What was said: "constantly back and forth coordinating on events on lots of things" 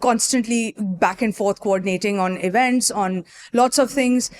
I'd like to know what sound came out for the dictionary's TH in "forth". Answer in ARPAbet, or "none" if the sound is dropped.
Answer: T